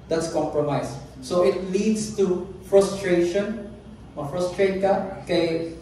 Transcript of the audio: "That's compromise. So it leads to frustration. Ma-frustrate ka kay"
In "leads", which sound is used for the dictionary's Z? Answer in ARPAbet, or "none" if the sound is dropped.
S